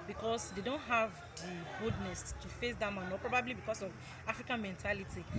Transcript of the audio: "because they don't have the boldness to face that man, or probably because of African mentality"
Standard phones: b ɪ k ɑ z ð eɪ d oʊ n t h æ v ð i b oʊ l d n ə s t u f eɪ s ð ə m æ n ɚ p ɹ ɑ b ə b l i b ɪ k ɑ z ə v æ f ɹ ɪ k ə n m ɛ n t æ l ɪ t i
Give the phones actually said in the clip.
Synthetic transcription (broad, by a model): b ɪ k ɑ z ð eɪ d oʊ n t h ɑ v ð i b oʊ d n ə s t u f eɪ s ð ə m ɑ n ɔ p ɹ ɑ b ə b l i b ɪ k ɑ s ə v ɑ f ɹ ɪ k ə n m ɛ n t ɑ l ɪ t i